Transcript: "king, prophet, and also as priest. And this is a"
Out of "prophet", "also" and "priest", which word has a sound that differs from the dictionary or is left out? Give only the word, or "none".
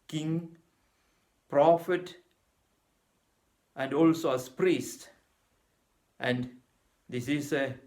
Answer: none